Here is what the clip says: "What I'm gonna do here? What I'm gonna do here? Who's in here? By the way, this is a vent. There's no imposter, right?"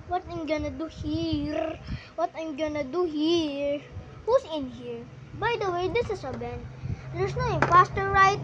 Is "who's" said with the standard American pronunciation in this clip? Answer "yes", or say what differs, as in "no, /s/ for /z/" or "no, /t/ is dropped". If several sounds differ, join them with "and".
no, /s/ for /z/